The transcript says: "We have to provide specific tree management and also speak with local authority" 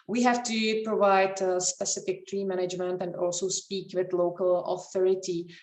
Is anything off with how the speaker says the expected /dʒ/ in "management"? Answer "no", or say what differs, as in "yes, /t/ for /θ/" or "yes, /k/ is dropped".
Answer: no